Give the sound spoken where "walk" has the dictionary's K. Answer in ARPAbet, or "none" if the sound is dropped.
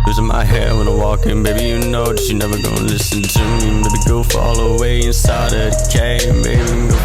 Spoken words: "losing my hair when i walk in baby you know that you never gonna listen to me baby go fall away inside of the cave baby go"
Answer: K